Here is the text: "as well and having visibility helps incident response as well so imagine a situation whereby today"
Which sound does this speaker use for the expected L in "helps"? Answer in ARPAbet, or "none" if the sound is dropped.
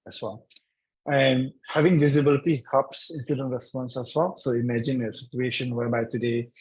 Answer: none